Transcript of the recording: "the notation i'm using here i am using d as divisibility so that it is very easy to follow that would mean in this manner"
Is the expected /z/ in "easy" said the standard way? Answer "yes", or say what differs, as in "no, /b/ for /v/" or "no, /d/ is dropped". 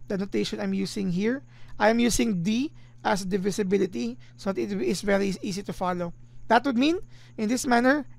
no, /s/ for /z/